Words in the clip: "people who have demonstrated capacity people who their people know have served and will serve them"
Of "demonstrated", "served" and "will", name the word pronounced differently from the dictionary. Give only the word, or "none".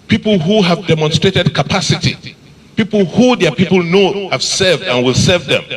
none